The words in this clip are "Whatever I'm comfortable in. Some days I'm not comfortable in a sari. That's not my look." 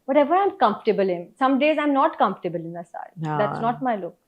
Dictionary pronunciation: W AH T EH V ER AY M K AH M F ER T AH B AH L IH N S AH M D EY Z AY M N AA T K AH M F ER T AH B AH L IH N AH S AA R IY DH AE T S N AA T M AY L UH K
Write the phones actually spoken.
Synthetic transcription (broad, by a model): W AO T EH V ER AY M K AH M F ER T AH B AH L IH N S AH M D EY Z AY M N AA T K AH M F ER T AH B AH L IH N AH S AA IY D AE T S N AA T M AY L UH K